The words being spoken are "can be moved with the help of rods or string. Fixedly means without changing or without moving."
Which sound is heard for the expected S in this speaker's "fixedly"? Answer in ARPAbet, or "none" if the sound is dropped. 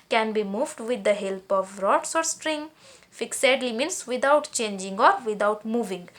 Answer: S